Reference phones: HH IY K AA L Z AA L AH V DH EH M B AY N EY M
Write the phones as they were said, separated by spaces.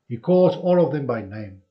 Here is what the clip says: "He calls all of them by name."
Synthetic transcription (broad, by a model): HH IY K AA Z AA L AH V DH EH M B AY N EY M